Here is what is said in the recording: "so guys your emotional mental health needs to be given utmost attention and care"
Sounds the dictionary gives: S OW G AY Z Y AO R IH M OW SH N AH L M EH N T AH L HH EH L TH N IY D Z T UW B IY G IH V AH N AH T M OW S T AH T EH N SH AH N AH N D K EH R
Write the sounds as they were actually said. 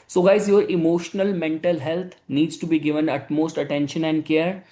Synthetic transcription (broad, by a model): S OW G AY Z Y AO R IH M OW SH N AH L M EH N T AH L HH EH L T N IY D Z T UW B IY G IH V AH N AH T M OW S T AH T EH N SH AH N AH N D K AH R